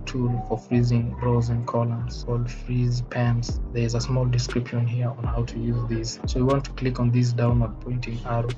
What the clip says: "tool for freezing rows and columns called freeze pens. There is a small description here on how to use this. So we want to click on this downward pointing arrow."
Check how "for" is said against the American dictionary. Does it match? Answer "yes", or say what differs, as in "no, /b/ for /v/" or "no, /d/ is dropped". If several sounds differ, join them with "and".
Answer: yes